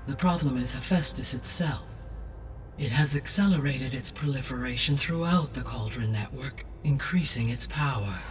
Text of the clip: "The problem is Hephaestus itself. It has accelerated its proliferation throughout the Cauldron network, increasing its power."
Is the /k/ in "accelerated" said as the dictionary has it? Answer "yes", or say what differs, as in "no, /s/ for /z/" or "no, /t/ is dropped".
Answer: yes